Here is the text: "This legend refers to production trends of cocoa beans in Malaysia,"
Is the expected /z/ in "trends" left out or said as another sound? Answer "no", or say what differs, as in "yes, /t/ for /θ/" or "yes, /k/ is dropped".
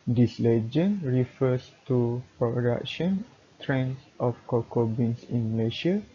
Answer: yes, /s/ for /z/